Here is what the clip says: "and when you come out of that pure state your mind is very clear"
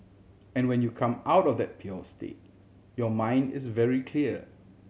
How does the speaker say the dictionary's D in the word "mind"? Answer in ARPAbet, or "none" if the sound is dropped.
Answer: D